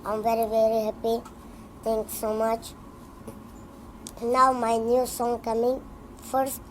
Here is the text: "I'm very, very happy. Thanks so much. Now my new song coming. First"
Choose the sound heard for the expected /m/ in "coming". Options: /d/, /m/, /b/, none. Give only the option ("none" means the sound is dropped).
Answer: /m/